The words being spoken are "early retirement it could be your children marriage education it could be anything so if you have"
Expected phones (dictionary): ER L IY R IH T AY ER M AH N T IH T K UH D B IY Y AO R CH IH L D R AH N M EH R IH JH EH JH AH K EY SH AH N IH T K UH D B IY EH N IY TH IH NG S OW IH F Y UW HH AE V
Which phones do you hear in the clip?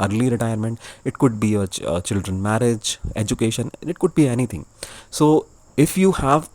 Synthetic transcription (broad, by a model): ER L IY R IH T AY ER M AH N T IH T K UH D B IY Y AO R CH IH L D R AH N M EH R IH JH EH JH AH K EY SH AH N IH T K UH D B IY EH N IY T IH NG S OW IH F Y UW HH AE V